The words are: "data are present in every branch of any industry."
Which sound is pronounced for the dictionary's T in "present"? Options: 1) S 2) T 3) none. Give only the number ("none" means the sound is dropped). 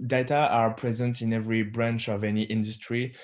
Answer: 2